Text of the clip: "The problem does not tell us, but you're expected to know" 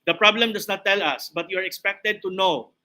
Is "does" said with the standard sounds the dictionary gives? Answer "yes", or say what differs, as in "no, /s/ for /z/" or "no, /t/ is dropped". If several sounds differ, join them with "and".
no, /s/ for /z/